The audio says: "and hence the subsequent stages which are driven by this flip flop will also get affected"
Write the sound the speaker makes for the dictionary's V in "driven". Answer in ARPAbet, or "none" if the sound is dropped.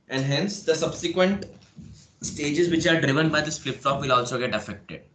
V